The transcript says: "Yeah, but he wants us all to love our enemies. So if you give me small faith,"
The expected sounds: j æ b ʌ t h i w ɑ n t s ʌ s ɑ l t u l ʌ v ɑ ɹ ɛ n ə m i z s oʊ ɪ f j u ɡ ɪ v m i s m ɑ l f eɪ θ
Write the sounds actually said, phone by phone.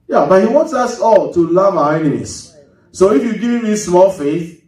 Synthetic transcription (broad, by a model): j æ b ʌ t h i w ɑ n t s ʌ s ɑ l t u l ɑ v ɑ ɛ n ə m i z s oʊ ɪ f j u ɡ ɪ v m i s m ɑ l f eɪ θ